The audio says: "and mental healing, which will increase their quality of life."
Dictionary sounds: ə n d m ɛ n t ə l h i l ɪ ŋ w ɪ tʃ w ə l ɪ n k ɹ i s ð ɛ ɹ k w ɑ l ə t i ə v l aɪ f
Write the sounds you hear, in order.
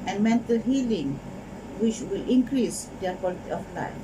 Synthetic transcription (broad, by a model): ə n m ɛ n t ə l h i l ɪ ŋ w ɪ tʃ w ə l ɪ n k ɹ i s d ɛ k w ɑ l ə t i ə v l aɪ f